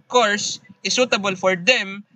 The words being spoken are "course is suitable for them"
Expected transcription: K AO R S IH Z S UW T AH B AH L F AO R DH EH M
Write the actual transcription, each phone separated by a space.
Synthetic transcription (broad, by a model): K AO R S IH S UW T AH B AH L F AO R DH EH M